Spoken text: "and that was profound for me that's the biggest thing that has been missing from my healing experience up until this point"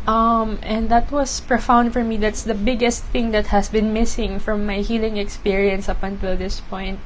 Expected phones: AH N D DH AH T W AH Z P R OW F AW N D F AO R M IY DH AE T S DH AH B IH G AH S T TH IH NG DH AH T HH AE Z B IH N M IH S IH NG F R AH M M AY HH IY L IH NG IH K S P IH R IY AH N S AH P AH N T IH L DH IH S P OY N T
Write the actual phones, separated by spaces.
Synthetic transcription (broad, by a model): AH N D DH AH T W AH S P R OW F AW N D F AO R M IY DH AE T S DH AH B IH G AH S T TH IH NG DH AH T HH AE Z B IH N M IH S IH NG F R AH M M AY HH IY L IH NG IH K S P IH R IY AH N S AH P AH N T IH L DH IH S P OY N T